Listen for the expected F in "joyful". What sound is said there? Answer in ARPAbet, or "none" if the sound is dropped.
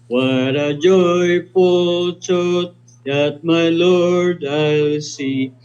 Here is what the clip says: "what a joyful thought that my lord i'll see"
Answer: P